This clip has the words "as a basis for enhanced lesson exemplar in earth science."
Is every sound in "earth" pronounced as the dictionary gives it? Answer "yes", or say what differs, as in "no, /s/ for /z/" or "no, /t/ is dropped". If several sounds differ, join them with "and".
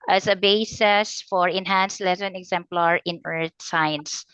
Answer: no, /t/ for /θ/